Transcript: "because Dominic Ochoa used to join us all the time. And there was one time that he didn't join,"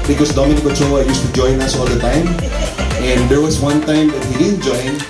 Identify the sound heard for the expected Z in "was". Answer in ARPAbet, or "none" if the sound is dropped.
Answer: S